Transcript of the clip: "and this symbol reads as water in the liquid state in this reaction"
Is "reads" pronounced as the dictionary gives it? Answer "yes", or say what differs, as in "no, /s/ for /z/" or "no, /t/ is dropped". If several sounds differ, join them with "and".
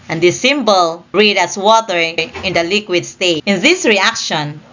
no, /z/ is dropped